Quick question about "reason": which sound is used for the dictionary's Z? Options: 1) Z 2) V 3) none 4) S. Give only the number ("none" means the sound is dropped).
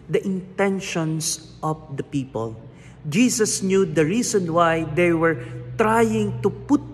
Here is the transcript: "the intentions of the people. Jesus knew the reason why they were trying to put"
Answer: 4